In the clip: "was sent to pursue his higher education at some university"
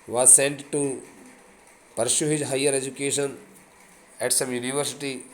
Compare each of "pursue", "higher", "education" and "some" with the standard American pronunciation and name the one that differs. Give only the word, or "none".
pursue